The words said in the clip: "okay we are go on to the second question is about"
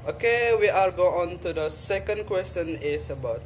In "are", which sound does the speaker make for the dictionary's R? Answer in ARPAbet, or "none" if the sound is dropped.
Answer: L